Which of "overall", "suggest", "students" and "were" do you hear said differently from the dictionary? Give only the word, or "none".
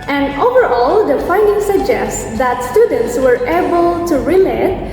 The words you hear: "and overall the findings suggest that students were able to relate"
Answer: none